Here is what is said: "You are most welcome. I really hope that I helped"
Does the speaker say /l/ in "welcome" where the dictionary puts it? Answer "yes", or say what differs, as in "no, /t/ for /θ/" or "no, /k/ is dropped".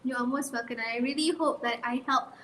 no, /l/ is dropped